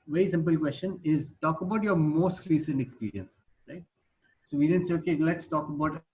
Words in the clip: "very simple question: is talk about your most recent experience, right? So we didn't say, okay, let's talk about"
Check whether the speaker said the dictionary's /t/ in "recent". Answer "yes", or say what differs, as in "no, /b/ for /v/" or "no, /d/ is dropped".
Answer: yes